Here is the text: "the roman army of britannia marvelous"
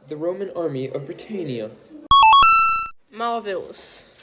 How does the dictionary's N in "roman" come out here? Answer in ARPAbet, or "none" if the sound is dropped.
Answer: N